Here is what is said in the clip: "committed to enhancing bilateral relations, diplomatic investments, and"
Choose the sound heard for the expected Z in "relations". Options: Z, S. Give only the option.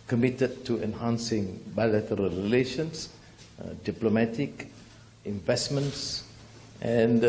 S